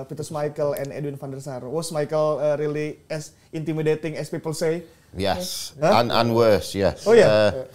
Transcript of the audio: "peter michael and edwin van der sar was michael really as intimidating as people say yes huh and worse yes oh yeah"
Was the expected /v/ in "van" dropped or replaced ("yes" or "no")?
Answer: yes